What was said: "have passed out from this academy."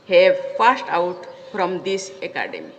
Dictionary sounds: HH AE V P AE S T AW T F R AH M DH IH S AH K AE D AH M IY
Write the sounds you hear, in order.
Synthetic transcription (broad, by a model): HH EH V F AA S T AW T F R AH M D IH S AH K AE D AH M IY